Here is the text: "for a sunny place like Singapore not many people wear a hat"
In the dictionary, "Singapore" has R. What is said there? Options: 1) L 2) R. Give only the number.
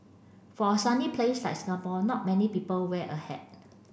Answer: 1